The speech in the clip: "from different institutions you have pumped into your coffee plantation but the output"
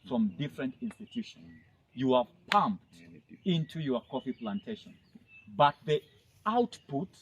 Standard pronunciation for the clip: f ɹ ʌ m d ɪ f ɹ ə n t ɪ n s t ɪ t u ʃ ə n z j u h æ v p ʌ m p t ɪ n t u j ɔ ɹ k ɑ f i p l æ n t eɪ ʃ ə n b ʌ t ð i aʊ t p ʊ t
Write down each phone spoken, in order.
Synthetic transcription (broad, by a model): f ɹ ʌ m d ɪ f ɹ ə n t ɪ n s t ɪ t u ʃ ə n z j u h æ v p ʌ m p t ɪ n t u j ɔ ɹ k ɑ f i p l æ n t eɪ ʃ ə n b ʌ t ð i aʊ t p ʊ t